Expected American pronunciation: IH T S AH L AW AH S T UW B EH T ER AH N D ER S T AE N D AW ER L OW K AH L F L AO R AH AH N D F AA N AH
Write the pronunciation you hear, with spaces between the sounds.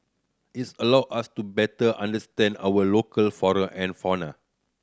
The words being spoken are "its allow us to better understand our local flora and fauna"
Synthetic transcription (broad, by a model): IH T S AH L AW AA S T UW B EH T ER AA N D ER S T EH N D AW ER L OW K AH L F AO R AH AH N F AA N AH